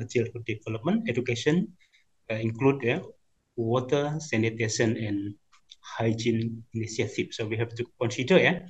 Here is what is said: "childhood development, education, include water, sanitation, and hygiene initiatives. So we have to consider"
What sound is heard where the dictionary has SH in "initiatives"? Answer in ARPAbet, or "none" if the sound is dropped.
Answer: S